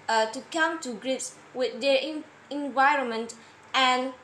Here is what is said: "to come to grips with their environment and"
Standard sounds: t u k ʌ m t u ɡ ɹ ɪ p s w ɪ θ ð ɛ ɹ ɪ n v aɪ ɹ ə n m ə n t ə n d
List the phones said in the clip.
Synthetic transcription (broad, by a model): t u k ʌ m t u ɡ ɹ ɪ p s w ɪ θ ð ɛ ɹ ɪ n v aɪ ɹ ə n m ə n t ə n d